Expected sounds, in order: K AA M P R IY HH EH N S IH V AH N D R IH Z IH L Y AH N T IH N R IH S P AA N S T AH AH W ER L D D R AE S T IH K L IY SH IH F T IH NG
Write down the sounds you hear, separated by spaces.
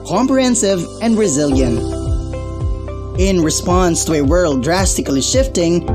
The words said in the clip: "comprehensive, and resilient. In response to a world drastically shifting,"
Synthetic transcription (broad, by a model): K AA M P R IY HH EH N S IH V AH N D R IH Z IH L Y AH N T IH N R IH S P AA N S T AH AH W ER L D D R AE S T IH K L IY SH IH F T IH NG